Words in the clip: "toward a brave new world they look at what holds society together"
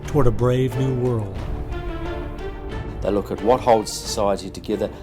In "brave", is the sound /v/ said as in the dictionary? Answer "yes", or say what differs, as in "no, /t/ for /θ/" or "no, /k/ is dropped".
yes